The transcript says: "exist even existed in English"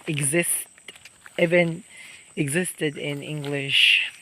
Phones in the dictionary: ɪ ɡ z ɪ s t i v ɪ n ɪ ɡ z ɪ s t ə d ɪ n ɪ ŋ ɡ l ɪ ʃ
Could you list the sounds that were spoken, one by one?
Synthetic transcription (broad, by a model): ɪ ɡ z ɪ s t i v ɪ n ɪ ɡ z ɪ s t ə d ɪ n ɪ ŋ ɡ l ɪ ʃ